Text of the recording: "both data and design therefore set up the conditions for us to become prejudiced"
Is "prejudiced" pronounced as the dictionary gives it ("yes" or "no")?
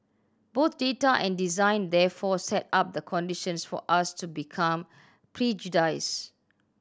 no